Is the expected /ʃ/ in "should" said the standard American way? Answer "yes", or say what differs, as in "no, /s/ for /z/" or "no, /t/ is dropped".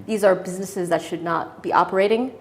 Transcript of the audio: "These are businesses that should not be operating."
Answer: yes